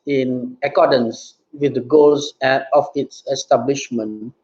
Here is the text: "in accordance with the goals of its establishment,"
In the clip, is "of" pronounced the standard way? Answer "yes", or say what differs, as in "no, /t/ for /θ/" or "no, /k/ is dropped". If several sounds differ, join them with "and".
no, /p/ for /v/